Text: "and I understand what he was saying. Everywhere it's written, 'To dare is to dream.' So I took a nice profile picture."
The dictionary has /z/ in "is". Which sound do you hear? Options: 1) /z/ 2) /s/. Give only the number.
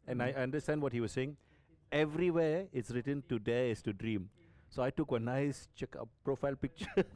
2